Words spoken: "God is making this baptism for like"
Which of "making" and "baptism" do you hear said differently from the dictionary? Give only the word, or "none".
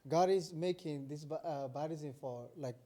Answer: baptism